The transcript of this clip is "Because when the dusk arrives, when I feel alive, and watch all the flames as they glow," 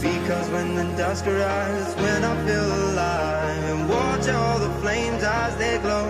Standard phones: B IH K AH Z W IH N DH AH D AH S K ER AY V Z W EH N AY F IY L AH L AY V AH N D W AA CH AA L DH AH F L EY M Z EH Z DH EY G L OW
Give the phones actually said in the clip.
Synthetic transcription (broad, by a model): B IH K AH Z W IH N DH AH D AH S K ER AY Z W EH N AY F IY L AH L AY AH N W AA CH AA L DH AH F L EY M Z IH Z DH EY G L OW